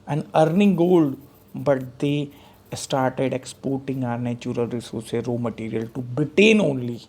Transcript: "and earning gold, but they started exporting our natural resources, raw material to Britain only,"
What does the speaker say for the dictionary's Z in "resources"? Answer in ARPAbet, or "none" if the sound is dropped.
none